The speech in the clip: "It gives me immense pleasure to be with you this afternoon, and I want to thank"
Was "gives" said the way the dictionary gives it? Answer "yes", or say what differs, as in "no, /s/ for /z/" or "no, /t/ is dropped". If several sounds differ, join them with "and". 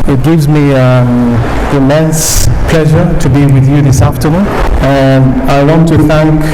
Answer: yes